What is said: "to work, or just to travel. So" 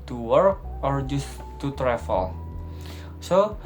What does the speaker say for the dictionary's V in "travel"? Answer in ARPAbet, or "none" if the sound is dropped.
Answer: F